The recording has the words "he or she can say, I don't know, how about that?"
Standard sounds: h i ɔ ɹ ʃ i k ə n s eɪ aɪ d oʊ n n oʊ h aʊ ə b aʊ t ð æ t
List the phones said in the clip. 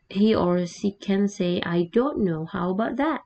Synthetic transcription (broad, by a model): h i ɔ ɹ s i k ə n s eɪ aɪ d oʊ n n oʊ h aʊ ə b aʊ t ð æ t